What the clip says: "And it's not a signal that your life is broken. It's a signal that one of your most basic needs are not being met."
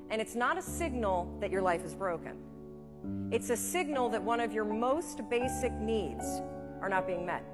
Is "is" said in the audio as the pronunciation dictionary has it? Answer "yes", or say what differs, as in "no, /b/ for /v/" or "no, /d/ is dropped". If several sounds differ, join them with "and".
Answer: yes